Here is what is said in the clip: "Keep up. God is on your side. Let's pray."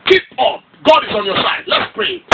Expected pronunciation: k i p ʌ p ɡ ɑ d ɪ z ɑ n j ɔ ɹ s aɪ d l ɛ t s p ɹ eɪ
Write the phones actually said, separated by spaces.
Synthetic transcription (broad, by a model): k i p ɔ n ɡ ɑ d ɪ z ɑ n j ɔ s aɪ d l ɛ t s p ɹ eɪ